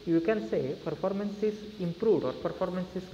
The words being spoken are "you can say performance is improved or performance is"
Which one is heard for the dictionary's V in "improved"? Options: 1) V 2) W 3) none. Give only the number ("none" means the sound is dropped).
3